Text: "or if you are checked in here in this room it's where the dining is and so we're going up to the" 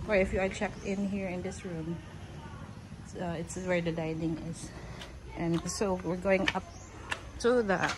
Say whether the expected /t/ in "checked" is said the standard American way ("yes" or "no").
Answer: yes